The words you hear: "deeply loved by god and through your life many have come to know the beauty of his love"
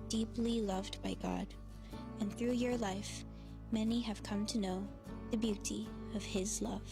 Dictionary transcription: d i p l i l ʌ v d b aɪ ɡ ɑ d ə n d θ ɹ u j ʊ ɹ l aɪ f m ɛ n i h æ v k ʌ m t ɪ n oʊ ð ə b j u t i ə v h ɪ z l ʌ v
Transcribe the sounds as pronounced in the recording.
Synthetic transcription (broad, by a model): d i p l i l ʌ v d b aɪ ɡ ɑ d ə n θ ɹ u j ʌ ɹ l aɪ f m ɛ n i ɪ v k ʌ m t ɪ n oʊ ð ə b j u t i ə v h ɪ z l ʌ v